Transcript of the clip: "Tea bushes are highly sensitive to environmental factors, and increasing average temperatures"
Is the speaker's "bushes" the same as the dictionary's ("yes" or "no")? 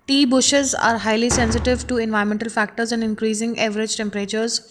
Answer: yes